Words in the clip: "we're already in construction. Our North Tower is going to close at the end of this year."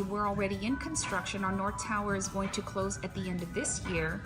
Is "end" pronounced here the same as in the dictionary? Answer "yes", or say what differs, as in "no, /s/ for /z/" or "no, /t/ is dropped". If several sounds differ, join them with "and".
yes